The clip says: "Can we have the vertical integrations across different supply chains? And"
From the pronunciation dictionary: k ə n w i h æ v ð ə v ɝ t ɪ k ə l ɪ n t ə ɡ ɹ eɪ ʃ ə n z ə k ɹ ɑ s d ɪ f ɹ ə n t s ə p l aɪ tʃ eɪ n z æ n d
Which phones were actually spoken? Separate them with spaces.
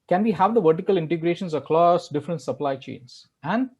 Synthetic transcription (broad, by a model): k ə n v i h æ v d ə v ɝ t ɪ k ə l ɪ n t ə ɡ ɹ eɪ ʃ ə n s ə k l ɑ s d ɪ f ɹ ə n t s ə p l aɪ tʃ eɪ n s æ n d